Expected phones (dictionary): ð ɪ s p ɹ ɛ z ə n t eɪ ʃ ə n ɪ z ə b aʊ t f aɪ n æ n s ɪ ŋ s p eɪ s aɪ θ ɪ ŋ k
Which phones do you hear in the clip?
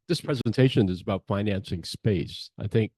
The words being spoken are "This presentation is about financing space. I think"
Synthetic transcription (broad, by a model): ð ɪ s p ɹ ɛ z ə n t eɪ ʃ ə n ɪ z ə b aʊ t f aɪ n æ n s ɪ ŋ s p eɪ s aɪ θ ɪ ŋ k